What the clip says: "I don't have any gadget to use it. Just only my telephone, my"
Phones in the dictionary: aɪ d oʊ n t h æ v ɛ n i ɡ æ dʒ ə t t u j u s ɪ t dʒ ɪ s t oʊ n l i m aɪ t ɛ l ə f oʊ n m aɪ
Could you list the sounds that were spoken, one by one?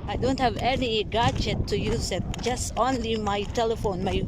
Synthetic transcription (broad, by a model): aɪ d oʊ n t h æ v ɛ n i ɡ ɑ tʃ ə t t u j u s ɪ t dʒ ɪ s t oʊ n l i m aɪ t ɛ l ə f oʊ n m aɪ